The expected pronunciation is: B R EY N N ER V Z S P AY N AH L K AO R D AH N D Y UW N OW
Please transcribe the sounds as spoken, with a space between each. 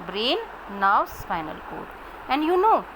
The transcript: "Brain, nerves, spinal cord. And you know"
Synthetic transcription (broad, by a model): B R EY N N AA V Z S F AY N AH L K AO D AH N D Y UW N OW